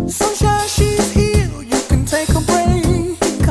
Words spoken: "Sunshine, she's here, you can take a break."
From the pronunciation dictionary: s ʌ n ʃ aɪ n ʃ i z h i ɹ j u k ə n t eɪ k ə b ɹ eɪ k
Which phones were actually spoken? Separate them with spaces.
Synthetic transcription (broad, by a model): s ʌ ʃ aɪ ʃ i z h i l j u k ə n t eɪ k ə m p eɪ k